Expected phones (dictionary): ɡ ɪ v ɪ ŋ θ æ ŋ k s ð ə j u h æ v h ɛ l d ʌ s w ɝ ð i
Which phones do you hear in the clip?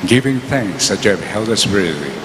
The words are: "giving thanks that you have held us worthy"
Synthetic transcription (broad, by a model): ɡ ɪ v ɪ ŋ θ æ ŋ k s ð ə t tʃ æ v h ɛ l d ʌ s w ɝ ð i